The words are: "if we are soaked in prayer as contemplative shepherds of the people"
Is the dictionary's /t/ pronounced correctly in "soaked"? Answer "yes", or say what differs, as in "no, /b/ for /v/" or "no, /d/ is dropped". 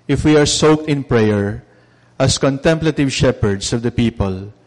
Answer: yes